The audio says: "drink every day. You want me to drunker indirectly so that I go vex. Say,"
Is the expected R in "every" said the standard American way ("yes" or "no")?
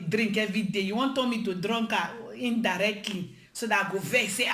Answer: no